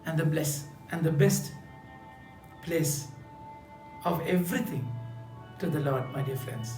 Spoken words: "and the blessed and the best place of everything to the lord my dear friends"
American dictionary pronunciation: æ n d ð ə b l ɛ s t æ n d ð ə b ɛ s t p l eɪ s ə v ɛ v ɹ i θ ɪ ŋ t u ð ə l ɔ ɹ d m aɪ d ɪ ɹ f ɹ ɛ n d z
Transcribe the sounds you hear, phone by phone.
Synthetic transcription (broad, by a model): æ n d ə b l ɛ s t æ n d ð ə b ɛ s t p l eɪ s ə v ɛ v ɹ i t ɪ ŋ t u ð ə l ɔ ɹ d m aɪ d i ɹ f ɹ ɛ n d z